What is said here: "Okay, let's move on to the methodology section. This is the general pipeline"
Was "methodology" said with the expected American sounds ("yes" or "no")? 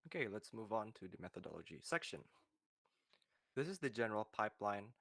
yes